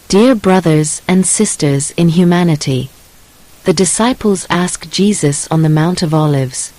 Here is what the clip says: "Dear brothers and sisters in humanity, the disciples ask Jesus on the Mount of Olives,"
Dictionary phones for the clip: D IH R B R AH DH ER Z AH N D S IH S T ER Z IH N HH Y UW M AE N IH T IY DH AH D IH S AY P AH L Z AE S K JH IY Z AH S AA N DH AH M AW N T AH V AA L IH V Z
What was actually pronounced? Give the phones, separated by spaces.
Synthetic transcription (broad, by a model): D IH R B R AH DH ER Z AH N S IH S T ER Z IH N HH Y UW M AE N IH T IY DH AH D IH S AY P L Z AE S K JH IY Z AH S N DH AH M AW N T AH V AA L IH V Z